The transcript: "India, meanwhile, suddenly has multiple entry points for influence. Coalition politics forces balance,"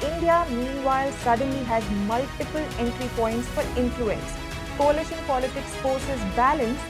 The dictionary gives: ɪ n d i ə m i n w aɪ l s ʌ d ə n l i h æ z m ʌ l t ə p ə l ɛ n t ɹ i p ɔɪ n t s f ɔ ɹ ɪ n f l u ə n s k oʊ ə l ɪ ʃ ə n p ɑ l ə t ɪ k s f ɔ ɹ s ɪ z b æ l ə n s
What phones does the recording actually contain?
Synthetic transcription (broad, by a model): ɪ n d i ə m i n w aɪ l s ʌ d ə n l i h æ z m ʌ l t ə p ə l ɛ n t ɹ i p ɔɪ n t s f ɔ ɹ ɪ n f l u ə n s k oʊ ə l ɪ ʃ ə n p ɑ l ə t ɪ k s f ɔ ɹ s ɪ z b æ l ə n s